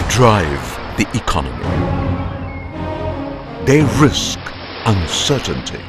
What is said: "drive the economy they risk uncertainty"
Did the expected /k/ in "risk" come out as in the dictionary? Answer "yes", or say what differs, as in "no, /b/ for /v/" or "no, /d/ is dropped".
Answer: yes